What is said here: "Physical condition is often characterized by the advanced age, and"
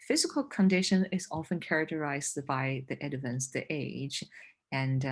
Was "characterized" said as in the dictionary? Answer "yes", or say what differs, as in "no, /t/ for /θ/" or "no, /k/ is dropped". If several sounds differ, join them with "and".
yes